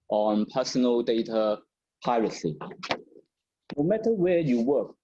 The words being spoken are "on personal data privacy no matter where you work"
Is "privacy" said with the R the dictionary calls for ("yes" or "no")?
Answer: no